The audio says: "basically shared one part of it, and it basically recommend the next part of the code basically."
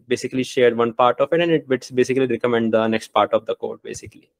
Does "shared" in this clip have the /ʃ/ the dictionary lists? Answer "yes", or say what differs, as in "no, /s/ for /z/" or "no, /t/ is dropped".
yes